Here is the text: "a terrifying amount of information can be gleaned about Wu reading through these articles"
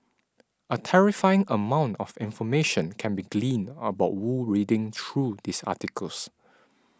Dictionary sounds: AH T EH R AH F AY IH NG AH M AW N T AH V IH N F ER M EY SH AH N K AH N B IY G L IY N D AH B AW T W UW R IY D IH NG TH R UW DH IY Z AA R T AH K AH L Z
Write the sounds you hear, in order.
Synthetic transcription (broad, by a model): AH T EH R AH F AY IH NG AH M AW N T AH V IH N F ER M EY SH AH N K AH N B IY G L IY N AH B AW T W UW R IY D IH NG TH R UW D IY S AA T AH K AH L S